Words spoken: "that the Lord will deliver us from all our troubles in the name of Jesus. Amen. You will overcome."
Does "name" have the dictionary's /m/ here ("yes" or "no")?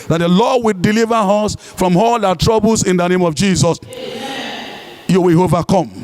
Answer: yes